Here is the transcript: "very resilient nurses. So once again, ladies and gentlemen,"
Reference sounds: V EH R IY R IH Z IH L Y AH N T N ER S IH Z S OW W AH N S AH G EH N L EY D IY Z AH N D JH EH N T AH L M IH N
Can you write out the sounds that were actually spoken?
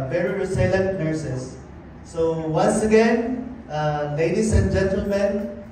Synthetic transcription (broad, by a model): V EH R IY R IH S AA L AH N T N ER S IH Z S OW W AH N S AH G EH N L EY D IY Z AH N JH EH N T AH L M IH N